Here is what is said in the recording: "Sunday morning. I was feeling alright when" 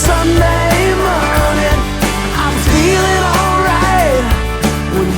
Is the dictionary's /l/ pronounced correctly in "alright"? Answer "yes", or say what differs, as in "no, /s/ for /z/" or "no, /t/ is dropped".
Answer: yes